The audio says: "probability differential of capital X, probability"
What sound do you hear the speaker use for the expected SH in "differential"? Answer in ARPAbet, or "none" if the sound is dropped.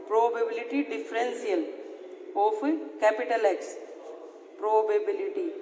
S